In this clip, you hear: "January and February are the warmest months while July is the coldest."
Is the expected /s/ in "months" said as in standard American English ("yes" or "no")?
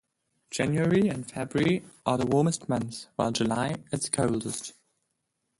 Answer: no